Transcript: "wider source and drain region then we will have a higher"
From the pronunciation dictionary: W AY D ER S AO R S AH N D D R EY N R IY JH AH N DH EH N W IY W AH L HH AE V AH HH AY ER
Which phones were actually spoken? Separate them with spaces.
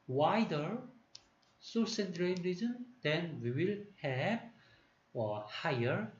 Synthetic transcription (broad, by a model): W AY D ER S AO S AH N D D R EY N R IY Z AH N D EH N W IY W AH L HH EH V AH HH AY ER